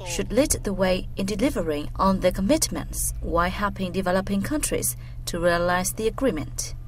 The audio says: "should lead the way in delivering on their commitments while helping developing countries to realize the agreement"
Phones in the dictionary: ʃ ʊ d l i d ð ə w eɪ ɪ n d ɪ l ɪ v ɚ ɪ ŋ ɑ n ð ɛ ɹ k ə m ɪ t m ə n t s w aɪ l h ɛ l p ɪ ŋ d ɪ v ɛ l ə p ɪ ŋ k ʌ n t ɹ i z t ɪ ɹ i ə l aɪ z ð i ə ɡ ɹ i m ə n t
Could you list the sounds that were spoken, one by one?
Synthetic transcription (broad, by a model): ʃ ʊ d l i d ð ə w eɪ ɪ n d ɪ l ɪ v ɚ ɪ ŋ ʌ n ð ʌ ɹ k ə m ɪ t m ə n t s w aɪ h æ p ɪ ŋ d ɪ v ɛ l ə p ɪ ŋ k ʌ n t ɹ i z t ɪ ɹ i ə l aɪ z ð i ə ɡ ɹ i m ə n t